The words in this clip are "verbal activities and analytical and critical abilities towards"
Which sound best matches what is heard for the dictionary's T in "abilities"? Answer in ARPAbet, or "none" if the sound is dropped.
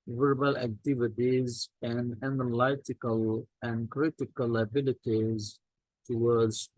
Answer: T